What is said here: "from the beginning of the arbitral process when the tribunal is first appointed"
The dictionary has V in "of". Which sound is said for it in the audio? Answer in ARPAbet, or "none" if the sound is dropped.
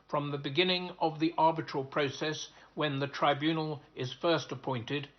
V